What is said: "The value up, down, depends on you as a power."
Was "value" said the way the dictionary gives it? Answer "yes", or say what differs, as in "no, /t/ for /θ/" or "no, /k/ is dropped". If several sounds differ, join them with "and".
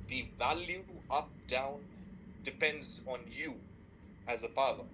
yes